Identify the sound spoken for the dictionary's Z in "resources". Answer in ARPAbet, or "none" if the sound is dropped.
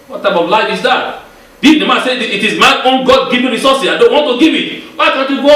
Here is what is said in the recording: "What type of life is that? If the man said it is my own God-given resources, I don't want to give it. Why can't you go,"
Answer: none